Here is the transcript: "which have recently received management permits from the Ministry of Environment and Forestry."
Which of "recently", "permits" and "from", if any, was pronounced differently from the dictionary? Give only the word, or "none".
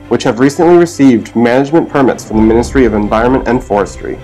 none